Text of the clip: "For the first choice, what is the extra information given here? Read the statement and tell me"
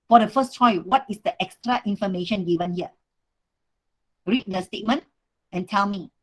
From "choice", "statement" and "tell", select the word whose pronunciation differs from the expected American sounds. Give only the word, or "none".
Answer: choice